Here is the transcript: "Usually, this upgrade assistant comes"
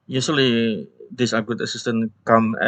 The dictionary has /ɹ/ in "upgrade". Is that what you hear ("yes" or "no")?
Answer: no